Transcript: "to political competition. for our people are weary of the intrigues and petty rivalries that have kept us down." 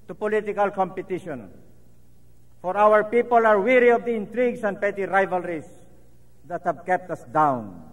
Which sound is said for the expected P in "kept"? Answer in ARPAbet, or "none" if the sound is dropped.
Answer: P